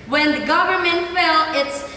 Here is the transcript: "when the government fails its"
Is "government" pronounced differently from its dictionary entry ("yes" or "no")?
no